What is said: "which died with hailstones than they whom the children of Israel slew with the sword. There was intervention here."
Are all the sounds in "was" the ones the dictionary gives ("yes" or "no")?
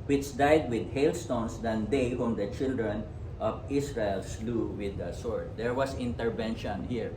no